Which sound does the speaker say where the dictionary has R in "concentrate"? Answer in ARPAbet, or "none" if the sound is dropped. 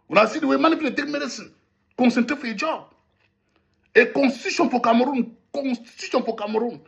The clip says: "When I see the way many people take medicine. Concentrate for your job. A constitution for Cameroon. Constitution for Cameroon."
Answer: none